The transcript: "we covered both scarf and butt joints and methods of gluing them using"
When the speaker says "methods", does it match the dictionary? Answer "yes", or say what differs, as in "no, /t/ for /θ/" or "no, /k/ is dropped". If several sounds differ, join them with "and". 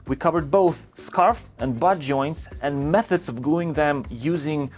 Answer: yes